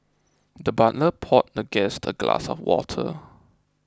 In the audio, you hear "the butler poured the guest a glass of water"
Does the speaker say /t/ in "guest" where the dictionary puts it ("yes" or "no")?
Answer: yes